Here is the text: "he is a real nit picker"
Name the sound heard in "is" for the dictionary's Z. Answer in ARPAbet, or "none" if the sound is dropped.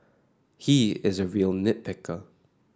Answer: Z